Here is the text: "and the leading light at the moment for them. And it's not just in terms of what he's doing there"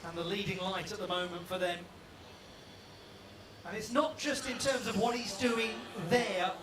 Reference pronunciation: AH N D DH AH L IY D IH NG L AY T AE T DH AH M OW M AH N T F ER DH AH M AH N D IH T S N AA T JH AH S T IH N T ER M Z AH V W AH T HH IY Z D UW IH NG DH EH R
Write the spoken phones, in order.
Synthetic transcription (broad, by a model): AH N DH AH L IY D IH NG L AY T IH T DH AH M OW M AH N T F ER DH AH M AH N IH T S N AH T JH AH S T IH N T ER M Z AH V W AH T HH IY Z D UW IH NG DH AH R